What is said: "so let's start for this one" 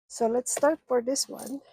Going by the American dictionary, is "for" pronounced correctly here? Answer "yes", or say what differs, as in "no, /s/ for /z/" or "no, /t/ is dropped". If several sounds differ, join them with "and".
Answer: yes